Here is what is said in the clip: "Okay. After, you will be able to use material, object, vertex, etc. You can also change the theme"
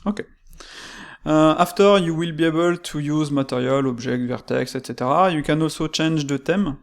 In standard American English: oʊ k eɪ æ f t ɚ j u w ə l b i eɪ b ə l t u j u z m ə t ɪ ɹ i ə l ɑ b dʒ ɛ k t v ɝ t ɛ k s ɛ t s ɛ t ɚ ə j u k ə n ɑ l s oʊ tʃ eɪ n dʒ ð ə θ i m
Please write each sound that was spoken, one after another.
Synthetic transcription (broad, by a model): oʊ k eɪ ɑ f t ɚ j u w ə l b i eɪ b ə l t u j u z m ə t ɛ ɹ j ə l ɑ b ʒ ɛ k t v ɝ t ɛ k s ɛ t s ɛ t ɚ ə j u k ə n ɑ l s oʊ tʃ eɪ n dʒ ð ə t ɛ m